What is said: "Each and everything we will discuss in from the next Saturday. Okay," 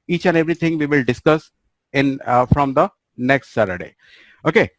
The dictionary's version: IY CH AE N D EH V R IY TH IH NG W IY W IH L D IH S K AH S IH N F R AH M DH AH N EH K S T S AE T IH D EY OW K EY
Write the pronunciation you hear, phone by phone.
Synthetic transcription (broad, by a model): IY CH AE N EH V R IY T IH NG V IY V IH L D IH S K AH S IH N F R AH M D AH N EH K S T S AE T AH D EY OW K EY